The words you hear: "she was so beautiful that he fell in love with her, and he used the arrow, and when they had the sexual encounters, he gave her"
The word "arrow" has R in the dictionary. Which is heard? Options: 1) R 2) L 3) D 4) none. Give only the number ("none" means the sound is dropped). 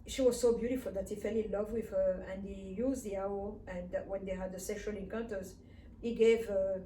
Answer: 4